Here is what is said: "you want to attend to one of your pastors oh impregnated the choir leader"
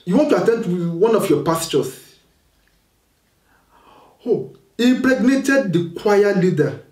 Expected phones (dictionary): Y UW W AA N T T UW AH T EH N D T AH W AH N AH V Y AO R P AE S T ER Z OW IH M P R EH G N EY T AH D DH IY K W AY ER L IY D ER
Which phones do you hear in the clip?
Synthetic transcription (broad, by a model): Y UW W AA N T T UW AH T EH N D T W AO N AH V Y AO P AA S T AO S OW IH P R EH G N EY T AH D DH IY K W AY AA L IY D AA